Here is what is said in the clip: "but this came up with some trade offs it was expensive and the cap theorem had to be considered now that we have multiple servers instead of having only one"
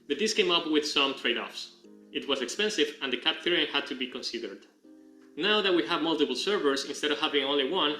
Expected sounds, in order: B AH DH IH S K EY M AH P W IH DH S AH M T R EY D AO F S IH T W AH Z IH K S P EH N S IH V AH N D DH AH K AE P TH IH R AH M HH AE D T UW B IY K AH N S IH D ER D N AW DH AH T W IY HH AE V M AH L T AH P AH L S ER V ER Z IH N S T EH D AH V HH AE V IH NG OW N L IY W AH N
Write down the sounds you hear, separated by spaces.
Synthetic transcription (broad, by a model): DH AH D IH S K EY M AH P W IH DH S AH M T R EY D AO F S IH T W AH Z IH K S P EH N S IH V AH N D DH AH K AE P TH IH R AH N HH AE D T UW B IY K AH N S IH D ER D N AW DH AH T W IY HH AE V M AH L T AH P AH L S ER V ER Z IH N S T EH D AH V HH AE V IH NG OW N L IY W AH N